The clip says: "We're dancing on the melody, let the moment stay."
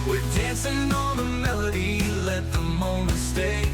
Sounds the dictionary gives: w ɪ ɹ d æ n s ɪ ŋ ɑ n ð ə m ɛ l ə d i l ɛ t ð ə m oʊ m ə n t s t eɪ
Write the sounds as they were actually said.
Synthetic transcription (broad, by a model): w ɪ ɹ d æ n s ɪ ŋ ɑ l ð ə m ɛ l ə d i l ɛ t ð ə m oʊ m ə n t s t eɪ